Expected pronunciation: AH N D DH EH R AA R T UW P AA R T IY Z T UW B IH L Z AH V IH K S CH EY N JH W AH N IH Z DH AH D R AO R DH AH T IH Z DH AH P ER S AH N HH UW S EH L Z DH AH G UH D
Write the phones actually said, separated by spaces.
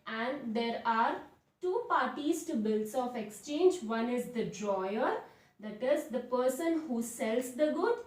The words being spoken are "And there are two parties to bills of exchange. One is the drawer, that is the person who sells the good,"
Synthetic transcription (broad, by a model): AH N D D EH R AA R T UW P AA R T IY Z T UW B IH L S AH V IH K S CH EY N JH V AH N IH Z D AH D R AO R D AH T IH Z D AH P ER S AH N HH UW S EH L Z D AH G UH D